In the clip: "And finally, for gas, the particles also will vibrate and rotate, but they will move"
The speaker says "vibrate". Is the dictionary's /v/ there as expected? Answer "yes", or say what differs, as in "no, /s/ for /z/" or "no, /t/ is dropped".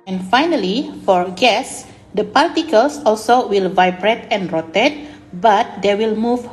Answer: yes